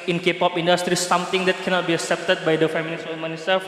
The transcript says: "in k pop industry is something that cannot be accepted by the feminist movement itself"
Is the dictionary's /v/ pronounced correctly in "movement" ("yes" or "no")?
no